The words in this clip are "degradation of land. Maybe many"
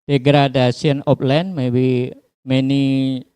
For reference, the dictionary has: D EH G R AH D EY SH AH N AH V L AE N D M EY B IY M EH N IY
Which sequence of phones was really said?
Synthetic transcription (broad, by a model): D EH G R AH D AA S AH N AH P L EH N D M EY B IY M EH N IY